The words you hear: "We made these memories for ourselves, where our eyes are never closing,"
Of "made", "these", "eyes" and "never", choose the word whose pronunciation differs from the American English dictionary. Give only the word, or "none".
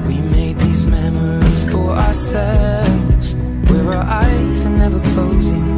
none